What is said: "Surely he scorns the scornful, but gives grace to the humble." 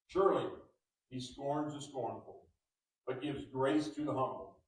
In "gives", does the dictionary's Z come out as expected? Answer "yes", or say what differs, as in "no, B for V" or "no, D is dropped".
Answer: yes